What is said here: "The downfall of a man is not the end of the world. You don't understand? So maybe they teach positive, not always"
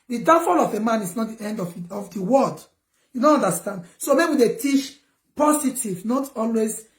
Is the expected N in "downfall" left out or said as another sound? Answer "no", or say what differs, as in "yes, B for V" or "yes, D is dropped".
yes, N is dropped